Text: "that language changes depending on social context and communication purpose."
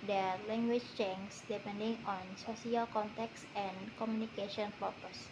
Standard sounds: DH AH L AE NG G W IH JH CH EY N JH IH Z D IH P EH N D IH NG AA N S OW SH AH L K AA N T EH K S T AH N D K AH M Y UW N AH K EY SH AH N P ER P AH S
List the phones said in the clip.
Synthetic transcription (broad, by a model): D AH L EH NG G W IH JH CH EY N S D IH P EH N D IH NG AA N S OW S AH L K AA N T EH K S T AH N K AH M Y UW N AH K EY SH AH N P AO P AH S